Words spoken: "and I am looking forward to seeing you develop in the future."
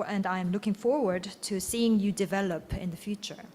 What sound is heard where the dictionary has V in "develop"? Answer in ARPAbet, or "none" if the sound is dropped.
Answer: V